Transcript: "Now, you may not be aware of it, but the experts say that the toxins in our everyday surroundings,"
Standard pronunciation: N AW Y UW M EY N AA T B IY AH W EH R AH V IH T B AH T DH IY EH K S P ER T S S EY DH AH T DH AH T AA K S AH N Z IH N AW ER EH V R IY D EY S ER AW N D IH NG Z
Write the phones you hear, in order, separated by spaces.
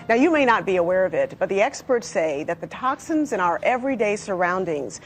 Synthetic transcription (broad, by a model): N AW Y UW M EY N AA T B IY AH W EH R AH V IH T B AH T DH IY EH K S P ER T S S EY DH AH T DH AH T AA K S AH N Z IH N AW ER EH V R IY D EY S ER AW N D IH NG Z